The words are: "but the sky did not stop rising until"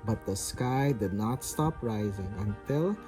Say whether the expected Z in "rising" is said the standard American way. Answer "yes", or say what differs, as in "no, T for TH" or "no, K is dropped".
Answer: yes